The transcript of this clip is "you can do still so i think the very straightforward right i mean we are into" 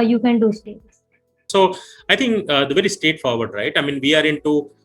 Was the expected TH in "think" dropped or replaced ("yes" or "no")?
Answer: yes